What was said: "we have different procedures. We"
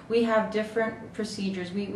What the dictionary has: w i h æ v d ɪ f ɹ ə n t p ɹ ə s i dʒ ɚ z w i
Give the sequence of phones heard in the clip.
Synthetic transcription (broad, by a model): w i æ v d ɪ f ɹ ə n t p ɹ ə s i dʒ ɚ z w i